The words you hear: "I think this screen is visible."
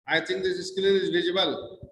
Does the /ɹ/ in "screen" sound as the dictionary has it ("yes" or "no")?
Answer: no